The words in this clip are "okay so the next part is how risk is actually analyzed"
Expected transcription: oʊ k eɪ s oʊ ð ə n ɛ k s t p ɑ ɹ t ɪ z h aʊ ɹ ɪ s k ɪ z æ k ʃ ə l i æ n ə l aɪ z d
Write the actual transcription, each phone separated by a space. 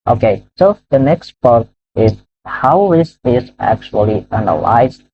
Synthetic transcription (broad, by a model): oʊ k eɪ s oʊ ð ə n ɛ k s t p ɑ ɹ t ɪ z h aʊ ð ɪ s ɪ z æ k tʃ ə l i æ n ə l aɪ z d